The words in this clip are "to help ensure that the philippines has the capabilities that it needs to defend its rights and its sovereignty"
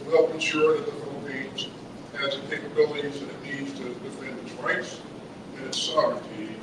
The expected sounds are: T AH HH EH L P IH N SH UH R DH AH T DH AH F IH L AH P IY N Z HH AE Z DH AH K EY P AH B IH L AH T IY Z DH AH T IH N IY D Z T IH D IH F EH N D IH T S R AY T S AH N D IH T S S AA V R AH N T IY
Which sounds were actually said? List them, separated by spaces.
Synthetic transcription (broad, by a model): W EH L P IH N SH UH R DH AH T DH AH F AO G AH IH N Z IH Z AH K EY P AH B IH L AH T IY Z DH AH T IH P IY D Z T IH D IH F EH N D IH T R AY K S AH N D IH T S S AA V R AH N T IY